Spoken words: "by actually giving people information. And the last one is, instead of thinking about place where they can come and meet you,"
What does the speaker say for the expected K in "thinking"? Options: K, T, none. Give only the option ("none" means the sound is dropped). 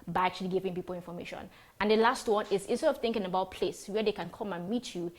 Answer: K